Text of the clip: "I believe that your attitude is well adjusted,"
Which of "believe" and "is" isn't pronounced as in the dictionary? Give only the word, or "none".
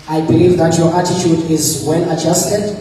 none